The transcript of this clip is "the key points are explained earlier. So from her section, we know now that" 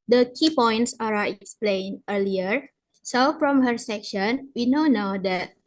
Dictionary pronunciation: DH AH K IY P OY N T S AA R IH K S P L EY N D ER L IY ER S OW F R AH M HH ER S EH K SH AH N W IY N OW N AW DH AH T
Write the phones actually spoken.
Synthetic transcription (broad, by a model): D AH K IY P OY N T S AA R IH K S P L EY N ER L IY ER S OW F R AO M HH ER S EH K SH AH N W IY N OW N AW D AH T